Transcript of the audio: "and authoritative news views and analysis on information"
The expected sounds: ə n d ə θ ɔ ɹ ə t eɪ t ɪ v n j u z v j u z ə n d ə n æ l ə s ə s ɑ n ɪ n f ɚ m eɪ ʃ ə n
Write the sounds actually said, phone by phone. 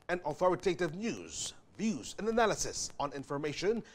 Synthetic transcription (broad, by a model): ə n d ə θ ɔ ɹ ə t eɪ t ɪ v n j u z v j u z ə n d ə n æ l ə s ə s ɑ n ɪ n f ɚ m eɪ ʃ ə n